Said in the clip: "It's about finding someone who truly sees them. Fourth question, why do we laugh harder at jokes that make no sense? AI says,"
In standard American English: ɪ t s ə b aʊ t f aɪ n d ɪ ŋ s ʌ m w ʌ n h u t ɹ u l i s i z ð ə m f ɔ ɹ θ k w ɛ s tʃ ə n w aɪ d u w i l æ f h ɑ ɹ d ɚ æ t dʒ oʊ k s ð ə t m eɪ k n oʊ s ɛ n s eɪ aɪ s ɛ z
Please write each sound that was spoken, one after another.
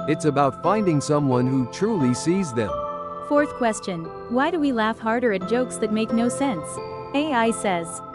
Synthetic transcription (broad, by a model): ɪ t s ə b aʊ t f aɪ n d ɪ ŋ s ʌ m w ʌ n h u t ɹ u l i s i z ð ə m f ɔ ɹ θ k w ɛ s tʃ ə n w aɪ d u w i l æ f h ɑ ɹ d ɚ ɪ t dʒ oʊ k s ð ə t m eɪ k n oʊ s ɛ n s eɪ aɪ s ɛ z